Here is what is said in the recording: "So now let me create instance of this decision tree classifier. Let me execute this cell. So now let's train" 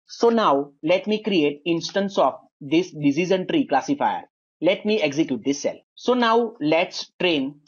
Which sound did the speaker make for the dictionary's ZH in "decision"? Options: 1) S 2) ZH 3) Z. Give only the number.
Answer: 3